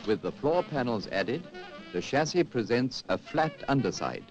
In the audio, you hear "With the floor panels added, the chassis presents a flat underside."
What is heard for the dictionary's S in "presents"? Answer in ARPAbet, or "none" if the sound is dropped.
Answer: S